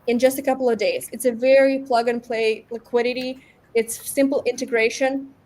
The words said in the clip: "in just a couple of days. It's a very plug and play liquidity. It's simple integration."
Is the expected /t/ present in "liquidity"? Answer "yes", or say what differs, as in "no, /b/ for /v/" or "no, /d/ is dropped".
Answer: yes